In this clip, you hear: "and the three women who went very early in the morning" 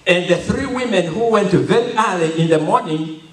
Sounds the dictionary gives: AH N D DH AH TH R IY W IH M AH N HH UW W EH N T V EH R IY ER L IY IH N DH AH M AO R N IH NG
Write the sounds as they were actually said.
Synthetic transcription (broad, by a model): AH N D DH AH TH R IY W IH M AH N HH UW W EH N T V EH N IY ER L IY IH N DH AH M AO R N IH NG